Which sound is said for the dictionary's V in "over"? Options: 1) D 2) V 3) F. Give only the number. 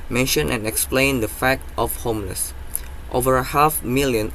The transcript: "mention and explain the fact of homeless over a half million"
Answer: 2